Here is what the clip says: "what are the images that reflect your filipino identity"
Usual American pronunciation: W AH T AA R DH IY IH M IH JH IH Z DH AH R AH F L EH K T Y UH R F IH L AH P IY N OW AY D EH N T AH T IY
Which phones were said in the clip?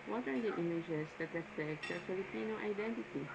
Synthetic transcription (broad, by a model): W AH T AA R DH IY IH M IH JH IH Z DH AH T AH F EH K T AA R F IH L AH P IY N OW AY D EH N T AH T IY